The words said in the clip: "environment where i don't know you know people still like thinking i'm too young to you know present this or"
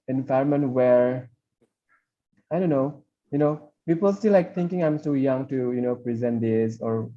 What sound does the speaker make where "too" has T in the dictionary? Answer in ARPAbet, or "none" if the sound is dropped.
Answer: S